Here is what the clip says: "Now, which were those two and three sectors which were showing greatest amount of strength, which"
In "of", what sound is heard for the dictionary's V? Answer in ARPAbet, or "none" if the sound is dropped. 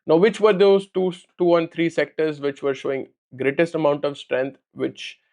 V